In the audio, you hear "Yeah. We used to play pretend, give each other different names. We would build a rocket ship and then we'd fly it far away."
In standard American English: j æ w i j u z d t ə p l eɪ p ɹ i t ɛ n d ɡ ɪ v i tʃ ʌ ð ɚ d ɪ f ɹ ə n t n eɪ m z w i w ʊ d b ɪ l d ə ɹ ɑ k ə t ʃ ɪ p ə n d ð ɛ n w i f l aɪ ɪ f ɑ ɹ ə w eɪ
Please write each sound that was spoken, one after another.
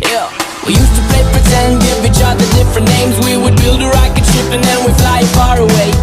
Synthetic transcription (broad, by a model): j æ w i j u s t ə p l eɪ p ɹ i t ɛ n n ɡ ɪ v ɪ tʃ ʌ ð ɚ d ɪ f ɹ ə n n eɪ m z w i w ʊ d b ɪ l d ə ɹ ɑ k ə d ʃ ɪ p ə n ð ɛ n w i f l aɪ ɪ f ɑ ɹ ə w eɪ